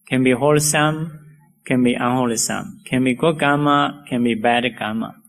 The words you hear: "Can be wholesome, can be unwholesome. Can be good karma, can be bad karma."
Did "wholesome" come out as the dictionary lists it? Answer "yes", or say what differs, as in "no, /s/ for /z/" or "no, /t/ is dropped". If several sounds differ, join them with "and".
yes